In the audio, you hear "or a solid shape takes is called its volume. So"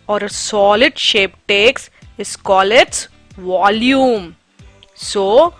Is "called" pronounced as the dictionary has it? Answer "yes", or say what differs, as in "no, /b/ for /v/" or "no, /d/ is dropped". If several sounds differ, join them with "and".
no, /d/ is dropped